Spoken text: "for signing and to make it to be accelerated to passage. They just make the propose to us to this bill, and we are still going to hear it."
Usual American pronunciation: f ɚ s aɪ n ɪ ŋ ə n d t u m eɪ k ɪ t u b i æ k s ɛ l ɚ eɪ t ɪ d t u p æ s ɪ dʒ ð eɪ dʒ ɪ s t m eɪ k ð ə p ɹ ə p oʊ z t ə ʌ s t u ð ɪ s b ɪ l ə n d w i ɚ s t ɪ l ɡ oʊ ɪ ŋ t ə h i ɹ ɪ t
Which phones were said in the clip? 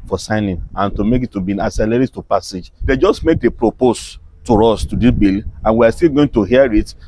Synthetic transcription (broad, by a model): f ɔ s aɪ n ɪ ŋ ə n t u m eɪ k ɪ t u b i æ s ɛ l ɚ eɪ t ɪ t t u p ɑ s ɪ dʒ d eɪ dʒ ɪ s t m eɪ k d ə p ɹ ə p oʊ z t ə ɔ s t u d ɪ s b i l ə n w i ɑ s t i l ɡ oʊ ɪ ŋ t ə h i ɹ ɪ t